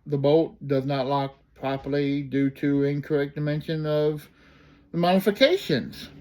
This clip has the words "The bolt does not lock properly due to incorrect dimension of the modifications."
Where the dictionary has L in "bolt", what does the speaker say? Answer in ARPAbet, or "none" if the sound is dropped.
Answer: none